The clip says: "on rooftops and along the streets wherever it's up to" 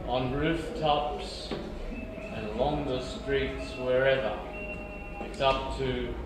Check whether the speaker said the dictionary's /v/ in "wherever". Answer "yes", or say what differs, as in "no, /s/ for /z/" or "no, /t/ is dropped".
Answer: yes